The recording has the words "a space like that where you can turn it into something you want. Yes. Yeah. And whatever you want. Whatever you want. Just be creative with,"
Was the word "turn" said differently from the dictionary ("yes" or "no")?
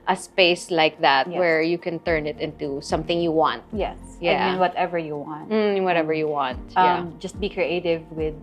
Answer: no